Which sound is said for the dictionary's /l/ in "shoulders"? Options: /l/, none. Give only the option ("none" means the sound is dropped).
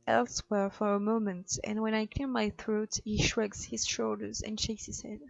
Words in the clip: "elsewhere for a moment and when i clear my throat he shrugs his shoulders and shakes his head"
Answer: /l/